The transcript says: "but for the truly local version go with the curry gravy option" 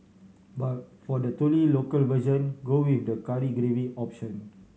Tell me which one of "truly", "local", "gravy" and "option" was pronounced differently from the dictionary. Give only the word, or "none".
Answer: truly